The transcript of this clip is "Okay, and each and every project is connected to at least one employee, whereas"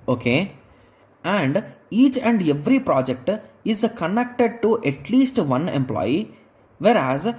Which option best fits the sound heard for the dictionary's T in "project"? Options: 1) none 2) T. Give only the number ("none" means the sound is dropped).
2